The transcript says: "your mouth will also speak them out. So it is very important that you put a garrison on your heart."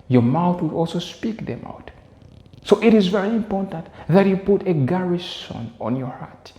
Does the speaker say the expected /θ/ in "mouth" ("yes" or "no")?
yes